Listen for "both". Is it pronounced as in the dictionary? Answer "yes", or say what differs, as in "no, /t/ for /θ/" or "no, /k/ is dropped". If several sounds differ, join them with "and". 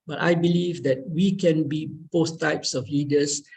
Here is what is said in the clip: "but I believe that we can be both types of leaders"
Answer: no, /s/ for /θ/